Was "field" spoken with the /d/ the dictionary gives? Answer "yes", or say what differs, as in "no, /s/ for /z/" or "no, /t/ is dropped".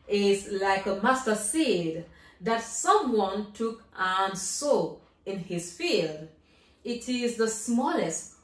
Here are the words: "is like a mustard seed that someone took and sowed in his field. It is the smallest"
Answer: yes